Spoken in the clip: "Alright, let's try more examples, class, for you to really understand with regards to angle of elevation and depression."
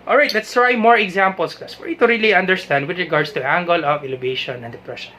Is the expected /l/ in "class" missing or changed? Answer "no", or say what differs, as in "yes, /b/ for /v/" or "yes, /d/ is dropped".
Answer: yes, /l/ is dropped